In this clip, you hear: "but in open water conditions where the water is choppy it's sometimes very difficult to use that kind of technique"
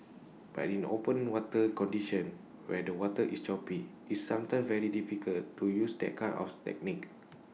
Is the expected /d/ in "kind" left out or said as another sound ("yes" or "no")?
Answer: yes